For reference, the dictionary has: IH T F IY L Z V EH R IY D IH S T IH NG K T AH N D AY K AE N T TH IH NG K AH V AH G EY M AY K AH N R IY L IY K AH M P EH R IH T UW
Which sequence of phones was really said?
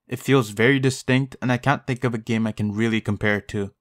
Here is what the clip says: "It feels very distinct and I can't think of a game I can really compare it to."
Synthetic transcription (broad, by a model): IH T F IY L Z V EH R IY D IH S T IH NG K T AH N AY K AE N TH IH NG K AH V AH G EY M AY K AH N R IY L IY K AH M P EH R T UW